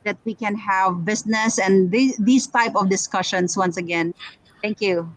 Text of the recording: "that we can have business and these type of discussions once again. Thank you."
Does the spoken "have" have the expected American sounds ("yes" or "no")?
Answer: yes